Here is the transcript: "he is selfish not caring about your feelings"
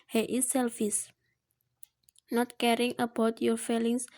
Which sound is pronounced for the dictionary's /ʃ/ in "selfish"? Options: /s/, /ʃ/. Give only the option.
/s/